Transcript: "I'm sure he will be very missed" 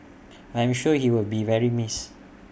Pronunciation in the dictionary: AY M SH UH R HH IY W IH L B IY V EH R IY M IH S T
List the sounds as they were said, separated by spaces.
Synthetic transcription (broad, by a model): AY M SH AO HH IY W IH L B IY V EH R IY M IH S